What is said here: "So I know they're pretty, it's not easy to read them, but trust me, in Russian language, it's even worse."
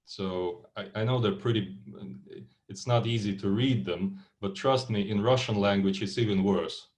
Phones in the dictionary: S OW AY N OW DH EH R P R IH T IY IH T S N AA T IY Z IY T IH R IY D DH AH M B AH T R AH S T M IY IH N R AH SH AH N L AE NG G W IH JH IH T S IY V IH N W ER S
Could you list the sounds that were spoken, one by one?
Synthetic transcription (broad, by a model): S OW AY N OW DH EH R P R IH T IY IH T S N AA T IY Z IY T IH R IY D DH AH M B AH T R AH S T M IY IH N R AH SH AH N L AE NG G W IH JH IH T S IY V IH N W ER S